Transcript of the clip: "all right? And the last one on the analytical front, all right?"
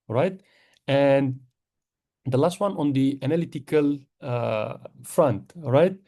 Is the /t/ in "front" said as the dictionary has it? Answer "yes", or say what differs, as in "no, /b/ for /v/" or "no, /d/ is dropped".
yes